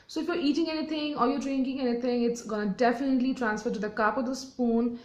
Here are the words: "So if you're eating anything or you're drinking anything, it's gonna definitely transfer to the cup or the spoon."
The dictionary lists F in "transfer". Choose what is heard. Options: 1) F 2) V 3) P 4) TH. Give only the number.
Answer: 1